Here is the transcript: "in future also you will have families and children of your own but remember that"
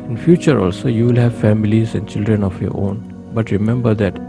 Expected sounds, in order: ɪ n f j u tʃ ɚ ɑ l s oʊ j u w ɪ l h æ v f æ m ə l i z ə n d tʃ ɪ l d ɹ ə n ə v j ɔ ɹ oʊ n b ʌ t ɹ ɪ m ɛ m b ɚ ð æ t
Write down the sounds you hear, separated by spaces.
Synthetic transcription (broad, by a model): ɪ n f j u tʃ ɚ ɑ l s oʊ j u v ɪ l h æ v f æ m ə l i z ə n d tʃ ɪ l d ɹ ə n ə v j ɔ ɹ oʊ n b ʌ t ɹ ɪ m ɛ m b ɚ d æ t